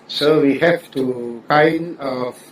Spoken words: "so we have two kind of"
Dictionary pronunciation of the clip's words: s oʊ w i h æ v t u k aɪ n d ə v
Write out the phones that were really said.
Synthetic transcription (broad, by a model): s oʊ w i h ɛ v t u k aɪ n ə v